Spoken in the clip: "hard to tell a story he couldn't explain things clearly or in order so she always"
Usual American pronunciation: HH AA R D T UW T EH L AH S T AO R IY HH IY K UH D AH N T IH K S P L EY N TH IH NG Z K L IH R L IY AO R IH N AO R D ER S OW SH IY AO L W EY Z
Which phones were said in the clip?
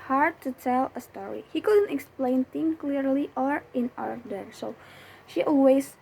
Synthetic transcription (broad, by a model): HH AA R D T UW T EH L AH S T AO R IY HH IY K UH D AH N T IH K S P L EY N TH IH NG K L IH R L IY AO R IH N AO R D ER S OW SH IY AO L W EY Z